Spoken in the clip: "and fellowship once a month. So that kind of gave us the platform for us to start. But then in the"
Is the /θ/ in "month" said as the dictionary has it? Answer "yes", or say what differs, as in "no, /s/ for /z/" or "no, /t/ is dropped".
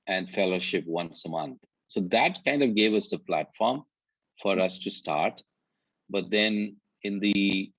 no, /t/ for /θ/